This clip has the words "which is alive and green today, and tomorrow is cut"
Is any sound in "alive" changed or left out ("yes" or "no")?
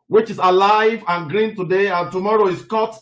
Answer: no